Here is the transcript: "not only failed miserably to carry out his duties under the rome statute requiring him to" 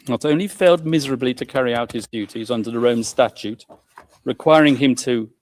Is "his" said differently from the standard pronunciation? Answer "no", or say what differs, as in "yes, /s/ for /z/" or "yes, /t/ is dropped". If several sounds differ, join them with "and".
no